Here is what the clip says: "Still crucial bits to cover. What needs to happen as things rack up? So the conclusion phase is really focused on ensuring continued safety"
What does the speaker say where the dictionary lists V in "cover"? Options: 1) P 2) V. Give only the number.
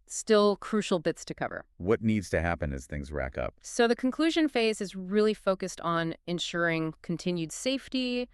2